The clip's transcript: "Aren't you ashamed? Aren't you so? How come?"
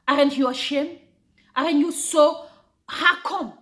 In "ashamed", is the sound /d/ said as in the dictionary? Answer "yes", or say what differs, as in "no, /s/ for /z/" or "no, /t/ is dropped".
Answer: no, /d/ is dropped